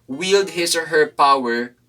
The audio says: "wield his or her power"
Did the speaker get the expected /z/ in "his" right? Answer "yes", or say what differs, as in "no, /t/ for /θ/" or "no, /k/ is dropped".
no, /s/ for /z/